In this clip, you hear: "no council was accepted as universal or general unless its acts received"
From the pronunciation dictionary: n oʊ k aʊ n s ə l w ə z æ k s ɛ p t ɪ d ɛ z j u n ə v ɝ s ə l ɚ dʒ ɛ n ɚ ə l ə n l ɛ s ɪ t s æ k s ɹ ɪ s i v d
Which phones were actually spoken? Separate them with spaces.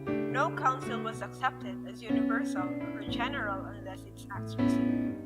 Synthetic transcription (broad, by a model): n oʊ k aʊ n s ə l w ə z æ k s ɛ p t ɪ d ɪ z j u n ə v ɝ s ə l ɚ dʒ ɛ n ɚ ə l ə n l ɛ s ɪ t s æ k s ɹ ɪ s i